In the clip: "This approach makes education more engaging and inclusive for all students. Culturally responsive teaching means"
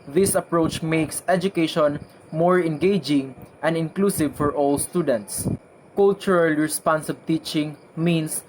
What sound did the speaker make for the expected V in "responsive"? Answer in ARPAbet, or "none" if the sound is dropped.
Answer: B